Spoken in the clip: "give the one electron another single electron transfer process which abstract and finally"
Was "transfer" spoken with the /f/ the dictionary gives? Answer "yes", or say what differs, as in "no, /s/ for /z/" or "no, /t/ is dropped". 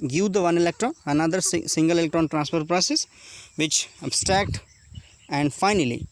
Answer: no, /p/ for /f/